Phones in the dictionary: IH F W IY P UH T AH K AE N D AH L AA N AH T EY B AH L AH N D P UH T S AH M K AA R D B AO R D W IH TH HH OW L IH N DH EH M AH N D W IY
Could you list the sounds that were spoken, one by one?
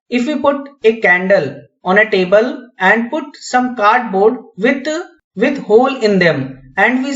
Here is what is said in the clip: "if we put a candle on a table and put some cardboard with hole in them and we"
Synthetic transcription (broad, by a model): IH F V IY P UH T AH K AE N D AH L AA N AH T EY B AH L AH N D P UH T S AH M K AA R D B AO R D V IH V HH OW L IH N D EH M AH N D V IY